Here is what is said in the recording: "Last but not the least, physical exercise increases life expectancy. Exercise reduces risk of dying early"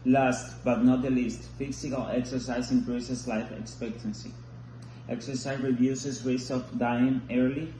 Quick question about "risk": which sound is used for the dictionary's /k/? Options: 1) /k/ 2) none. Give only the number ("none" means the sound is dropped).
2